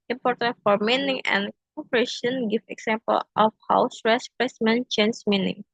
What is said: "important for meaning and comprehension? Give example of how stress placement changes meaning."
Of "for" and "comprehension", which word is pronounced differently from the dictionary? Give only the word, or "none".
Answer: comprehension